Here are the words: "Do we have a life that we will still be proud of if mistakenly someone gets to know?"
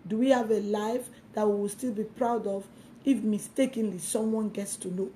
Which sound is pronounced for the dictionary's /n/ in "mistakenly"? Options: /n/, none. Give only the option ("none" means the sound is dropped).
/n/